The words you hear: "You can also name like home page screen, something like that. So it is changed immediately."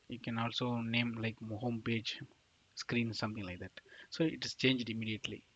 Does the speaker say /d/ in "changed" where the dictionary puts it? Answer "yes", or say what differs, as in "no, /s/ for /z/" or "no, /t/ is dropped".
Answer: yes